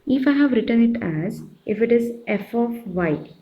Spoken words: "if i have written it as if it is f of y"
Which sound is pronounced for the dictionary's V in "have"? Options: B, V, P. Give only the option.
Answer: V